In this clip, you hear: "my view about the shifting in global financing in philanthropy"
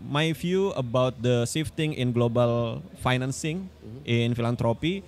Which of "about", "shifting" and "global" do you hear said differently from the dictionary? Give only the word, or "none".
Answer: shifting